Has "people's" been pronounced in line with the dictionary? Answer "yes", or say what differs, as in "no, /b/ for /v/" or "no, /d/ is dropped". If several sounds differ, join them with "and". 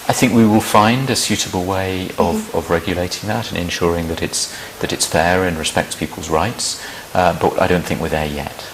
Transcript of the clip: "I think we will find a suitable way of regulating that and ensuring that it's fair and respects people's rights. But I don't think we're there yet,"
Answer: yes